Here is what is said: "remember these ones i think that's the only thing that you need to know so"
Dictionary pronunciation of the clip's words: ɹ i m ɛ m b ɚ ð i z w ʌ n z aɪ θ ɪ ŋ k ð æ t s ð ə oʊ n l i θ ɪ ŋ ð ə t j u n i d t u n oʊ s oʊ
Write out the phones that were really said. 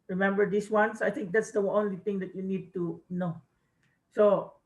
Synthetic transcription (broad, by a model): ɹ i m ɛ m b ɚ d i s w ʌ n s aɪ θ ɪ ŋ k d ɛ t s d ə oʊ n l i t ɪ ŋ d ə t j u n i d t u n oʊ s oʊ